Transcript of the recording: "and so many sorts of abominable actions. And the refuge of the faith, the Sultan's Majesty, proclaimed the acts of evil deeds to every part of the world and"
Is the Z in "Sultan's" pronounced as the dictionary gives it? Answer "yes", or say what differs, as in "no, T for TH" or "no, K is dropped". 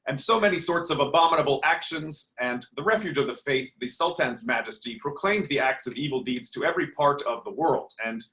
yes